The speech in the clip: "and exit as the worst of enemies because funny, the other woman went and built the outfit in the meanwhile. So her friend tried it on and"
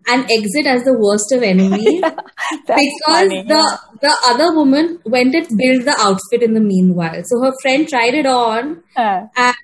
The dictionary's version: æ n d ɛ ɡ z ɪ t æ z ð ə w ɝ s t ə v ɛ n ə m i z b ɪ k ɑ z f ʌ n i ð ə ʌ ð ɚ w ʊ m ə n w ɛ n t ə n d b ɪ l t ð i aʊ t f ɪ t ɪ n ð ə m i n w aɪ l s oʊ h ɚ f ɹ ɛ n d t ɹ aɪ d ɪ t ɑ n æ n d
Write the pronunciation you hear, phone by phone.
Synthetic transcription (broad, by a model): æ n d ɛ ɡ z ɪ t æ z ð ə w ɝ s t ə v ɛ n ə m i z b ɪ k ɑ z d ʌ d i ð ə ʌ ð ɚ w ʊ m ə n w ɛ n t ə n b ɪ l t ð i aʊ t f ɪ t ɪ n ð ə m i n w aɪ l s oʊ h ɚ f ɹ ɛ n d t ɹ aɪ d ɪ t ɑ n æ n